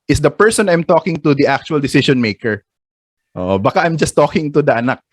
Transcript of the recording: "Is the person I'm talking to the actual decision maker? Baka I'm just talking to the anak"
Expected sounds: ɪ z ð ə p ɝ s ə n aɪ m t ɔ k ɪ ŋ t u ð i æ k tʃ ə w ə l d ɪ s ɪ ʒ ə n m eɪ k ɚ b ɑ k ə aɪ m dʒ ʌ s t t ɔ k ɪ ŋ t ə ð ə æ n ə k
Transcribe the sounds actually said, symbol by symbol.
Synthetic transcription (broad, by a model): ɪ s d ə p ɝ s ə n aɪ m t ɔ k ɪ ŋ t u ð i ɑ k tʃ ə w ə l d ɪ s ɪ ʃ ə n m eɪ k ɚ b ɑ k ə aɪ m dʒ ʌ s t t ɔ k ɪ ŋ t ə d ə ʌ n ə k